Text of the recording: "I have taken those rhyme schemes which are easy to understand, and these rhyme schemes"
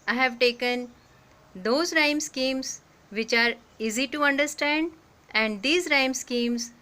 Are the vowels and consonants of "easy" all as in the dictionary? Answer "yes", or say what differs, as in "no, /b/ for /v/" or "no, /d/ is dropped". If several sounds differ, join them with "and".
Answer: yes